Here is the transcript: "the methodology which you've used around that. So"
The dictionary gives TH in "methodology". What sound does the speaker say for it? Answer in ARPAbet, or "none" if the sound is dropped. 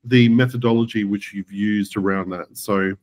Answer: TH